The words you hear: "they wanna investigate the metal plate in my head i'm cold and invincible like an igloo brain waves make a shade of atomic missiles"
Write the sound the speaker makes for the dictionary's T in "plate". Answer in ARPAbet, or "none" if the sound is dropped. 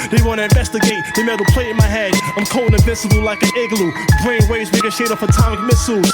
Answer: none